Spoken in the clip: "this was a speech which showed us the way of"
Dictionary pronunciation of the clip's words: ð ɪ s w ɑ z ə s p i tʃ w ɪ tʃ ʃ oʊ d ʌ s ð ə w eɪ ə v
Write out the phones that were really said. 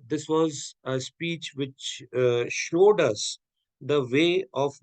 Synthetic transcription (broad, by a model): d ɪ s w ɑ z ə s p i tʃ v ɪ tʃ ʃ oʊ d ʌ s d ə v eɪ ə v